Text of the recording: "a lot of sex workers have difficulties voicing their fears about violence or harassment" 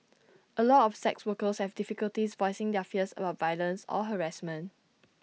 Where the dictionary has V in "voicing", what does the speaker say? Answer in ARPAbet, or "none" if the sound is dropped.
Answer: V